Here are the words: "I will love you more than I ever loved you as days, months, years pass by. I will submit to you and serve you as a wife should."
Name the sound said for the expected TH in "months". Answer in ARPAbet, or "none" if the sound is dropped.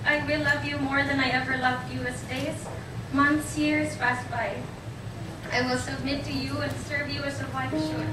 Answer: TH